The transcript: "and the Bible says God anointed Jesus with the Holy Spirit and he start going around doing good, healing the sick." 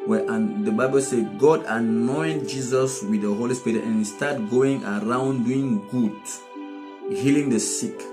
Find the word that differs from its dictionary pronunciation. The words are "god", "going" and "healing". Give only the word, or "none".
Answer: none